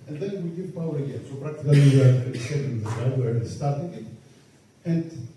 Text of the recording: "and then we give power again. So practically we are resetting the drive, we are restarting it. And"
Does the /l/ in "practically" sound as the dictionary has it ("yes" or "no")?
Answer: no